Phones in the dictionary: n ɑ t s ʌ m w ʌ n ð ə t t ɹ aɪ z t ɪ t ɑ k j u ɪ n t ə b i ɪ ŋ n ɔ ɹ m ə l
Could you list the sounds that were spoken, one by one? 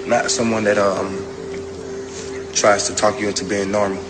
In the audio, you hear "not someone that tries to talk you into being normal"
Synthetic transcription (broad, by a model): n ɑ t s ʌ m w ʌ n ð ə t t ɹ aɪ z t ɪ t ɑ k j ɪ t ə b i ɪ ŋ n ɔ ɹ m l